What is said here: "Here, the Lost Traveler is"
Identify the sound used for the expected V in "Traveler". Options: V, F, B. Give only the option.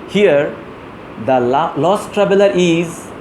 B